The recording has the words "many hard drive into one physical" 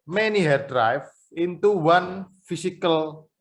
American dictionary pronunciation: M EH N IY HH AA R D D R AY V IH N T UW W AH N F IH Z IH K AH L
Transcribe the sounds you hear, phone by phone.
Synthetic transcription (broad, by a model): M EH N IY HH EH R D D R AY F IH N T UW W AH N F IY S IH K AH L